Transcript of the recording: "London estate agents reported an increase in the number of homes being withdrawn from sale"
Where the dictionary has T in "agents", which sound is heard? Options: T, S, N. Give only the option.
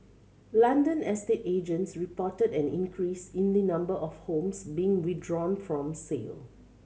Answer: T